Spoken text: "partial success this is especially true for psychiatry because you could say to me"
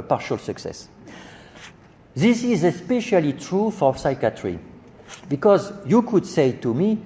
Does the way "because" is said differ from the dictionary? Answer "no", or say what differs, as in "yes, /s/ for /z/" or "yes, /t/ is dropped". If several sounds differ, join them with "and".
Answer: no